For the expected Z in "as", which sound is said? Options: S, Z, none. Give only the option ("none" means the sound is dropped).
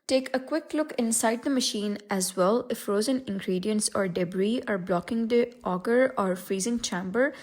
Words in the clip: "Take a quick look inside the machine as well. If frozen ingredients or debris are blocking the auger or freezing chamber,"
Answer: Z